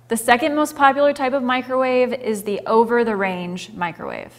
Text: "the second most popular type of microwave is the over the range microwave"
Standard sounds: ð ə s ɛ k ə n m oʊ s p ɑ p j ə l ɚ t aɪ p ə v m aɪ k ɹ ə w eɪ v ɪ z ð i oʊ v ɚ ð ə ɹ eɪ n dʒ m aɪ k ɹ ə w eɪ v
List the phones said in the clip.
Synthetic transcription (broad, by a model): ð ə s ɛ k ə n m oʊ s p ɑ p j l ɚ t aɪ p ə v m aɪ k ɹ ə w eɪ v ɪ z ð i oʊ v ɚ ð ə ɹ eɪ n dʒ m aɪ k ɹ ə w eɪ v